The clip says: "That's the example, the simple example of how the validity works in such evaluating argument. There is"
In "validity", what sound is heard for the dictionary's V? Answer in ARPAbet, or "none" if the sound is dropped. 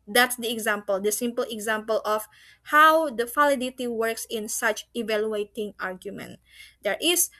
F